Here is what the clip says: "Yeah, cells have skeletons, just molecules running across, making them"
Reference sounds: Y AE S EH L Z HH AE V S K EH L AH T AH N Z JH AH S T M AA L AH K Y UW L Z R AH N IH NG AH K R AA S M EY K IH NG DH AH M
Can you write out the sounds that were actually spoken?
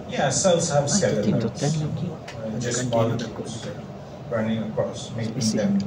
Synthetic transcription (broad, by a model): Y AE S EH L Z HH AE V S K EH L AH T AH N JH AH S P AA L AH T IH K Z R AH N IH NG AH K R AA S M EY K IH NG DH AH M